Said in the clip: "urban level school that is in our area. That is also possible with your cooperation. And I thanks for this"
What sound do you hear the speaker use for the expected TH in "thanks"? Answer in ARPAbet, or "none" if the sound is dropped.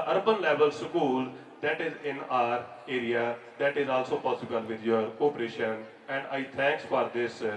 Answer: T